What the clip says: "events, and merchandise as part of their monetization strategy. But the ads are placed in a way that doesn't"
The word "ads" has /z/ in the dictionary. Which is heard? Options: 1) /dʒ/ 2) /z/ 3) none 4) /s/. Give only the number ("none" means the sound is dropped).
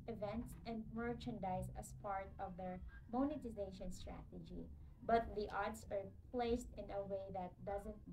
4